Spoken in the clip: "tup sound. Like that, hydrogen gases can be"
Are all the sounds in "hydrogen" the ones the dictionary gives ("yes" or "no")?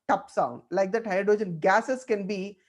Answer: no